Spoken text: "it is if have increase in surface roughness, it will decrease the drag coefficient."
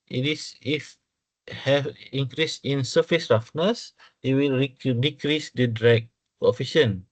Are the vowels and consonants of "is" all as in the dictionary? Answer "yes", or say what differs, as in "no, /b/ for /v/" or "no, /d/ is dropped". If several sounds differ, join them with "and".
no, /s/ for /z/